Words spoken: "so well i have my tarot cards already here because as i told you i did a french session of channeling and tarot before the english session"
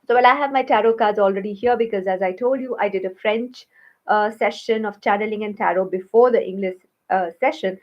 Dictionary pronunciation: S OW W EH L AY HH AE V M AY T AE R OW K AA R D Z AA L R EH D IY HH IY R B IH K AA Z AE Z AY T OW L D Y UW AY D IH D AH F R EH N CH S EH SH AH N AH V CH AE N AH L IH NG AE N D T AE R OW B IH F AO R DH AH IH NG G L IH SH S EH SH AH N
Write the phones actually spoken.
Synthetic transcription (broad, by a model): S OW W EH L AY HH AE V M AY T AE R OW K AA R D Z AA L R EH D IY HH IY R B IH K AA Z AE Z AY T OW L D Y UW AY D IH D AH F R EH N CH S EH SH AH N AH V CH AE N AH L IH NG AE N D T AE R OW B IH F AO R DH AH IH NG G L IH SH S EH SH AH N